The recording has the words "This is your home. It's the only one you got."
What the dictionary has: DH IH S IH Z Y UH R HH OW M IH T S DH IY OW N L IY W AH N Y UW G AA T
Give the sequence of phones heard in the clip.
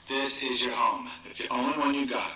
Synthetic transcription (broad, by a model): DH IH S IH Z Y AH R HH OW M IH T S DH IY OW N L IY W AH N Y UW G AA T